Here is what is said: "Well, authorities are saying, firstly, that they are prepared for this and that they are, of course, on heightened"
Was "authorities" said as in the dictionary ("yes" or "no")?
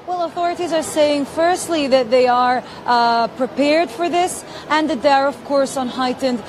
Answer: yes